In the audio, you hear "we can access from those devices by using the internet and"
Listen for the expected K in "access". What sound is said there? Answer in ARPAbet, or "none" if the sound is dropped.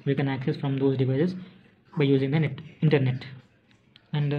K